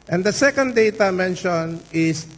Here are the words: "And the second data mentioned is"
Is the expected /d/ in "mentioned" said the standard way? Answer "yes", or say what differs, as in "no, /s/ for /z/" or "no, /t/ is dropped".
no, /d/ is dropped